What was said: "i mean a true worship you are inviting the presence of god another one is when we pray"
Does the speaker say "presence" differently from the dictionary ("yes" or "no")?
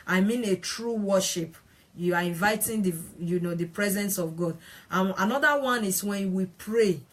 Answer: no